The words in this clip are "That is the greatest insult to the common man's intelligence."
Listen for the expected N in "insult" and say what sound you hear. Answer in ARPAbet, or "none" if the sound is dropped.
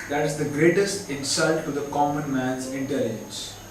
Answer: N